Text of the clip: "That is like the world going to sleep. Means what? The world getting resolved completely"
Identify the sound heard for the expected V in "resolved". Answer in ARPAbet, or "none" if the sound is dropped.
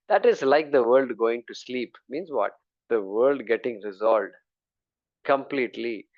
none